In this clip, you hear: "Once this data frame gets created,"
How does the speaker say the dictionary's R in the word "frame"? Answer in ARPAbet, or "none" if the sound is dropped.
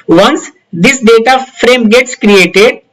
R